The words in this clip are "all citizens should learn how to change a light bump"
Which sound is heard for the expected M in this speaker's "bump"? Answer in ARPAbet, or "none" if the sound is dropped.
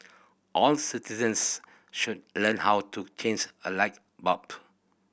none